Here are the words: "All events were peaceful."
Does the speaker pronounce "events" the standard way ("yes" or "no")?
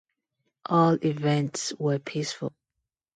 yes